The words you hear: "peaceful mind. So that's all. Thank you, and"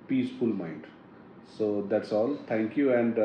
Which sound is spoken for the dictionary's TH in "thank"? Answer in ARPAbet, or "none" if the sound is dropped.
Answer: T